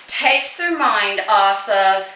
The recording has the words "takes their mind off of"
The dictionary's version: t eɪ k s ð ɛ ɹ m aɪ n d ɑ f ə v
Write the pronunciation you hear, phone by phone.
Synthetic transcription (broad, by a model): t eɪ k s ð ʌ ɹ m aɪ n d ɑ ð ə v